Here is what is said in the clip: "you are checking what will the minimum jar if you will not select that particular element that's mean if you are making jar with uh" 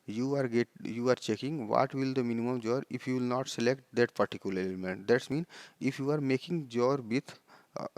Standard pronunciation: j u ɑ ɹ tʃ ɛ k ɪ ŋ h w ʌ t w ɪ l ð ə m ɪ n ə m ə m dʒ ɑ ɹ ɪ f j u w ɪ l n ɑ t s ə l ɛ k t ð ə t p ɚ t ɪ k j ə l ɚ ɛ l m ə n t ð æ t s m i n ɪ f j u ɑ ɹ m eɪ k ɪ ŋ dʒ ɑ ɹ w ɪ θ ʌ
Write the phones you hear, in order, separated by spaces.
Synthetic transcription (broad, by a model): j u ɑ ɹ tʃ ɛ k ɪ ŋ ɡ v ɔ t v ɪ l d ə m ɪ n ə m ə m dʒ ɑ ɹ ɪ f j u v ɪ l n ɑ t s ə l ɛ k t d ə t p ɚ t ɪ k j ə l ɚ ɛ l m ə n t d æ t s m i n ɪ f j u ɑ ɹ m eɪ k ɪ ŋ dʒ ɑ ɹ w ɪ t